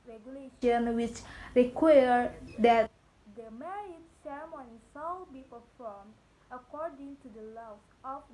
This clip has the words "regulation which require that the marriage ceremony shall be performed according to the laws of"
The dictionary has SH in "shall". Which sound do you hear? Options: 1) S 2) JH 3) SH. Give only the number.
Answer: 1